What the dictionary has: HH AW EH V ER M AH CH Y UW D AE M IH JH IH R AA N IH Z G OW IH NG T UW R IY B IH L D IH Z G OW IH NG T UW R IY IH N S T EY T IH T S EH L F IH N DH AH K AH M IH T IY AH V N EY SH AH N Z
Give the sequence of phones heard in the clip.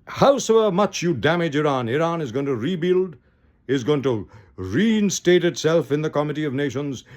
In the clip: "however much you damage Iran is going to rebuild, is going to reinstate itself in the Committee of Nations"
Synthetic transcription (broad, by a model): HH AW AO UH M AH CH Y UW D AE M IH JH IH R AA N IH Z G OW IH NG T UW R IY B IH L D IH Z G OW IH NG T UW R IY IH N S T EY T IH T S EH L F IH N DH AH K AH M IH T IY AH V N EY SH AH N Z